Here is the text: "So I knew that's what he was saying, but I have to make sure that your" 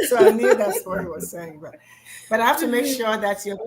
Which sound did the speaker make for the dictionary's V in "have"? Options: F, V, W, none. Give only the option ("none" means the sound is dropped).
F